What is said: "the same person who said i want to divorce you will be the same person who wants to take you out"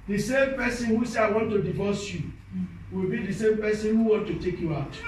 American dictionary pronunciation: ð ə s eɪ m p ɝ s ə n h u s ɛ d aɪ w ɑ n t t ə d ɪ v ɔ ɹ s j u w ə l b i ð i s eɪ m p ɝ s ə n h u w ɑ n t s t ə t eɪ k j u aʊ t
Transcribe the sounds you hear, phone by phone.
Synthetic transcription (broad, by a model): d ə s eɪ m p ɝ s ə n h u s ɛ aɪ w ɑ n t t ə d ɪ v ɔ s j u w ə l b i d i s eɪ m p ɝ s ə n h u w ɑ n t t ə t eɪ k j u aʊ t